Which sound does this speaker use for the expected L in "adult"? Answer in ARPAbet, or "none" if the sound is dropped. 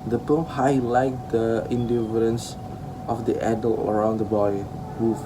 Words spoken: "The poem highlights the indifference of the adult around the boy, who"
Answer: L